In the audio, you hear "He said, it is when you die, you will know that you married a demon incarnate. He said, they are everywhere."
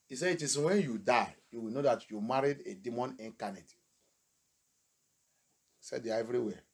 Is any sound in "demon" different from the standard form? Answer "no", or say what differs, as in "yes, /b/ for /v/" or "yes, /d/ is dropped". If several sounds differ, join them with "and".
no